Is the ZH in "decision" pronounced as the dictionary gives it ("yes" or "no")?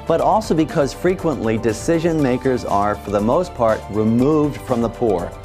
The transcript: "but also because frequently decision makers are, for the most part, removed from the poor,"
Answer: yes